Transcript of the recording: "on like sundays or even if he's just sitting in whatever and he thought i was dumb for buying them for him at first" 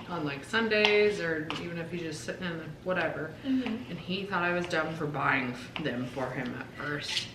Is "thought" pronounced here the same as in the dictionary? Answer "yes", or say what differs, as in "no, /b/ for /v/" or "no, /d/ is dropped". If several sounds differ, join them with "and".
yes